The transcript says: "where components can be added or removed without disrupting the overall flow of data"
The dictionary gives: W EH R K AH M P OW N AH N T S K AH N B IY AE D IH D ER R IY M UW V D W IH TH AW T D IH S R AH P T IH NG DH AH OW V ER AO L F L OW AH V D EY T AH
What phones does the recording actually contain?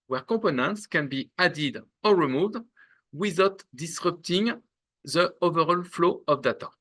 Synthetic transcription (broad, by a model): W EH R K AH P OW N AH N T S K AH N B IY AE D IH D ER R IY M UW V D W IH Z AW T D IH S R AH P T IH NG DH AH OW V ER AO L F L OW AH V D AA T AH